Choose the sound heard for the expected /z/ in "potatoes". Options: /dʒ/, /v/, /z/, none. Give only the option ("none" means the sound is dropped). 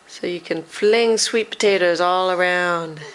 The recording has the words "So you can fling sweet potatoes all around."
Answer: /z/